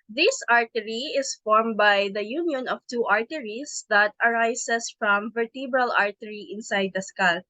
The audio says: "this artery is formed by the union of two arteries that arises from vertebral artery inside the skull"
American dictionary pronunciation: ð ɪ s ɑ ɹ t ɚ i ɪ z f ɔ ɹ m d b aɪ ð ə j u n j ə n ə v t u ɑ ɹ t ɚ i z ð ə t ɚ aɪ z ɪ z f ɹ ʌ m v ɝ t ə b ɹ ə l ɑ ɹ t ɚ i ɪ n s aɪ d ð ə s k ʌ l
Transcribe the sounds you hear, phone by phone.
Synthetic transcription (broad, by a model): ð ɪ s ɑ ɹ t ɚ i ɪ s f ɔ ɹ m b aɪ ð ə j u n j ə n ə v t u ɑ ɹ t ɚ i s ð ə t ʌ aɪ s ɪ s f ɹ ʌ m v ɝ t ə b ɹ ə l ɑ ɹ t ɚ i ɪ n s aɪ d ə s k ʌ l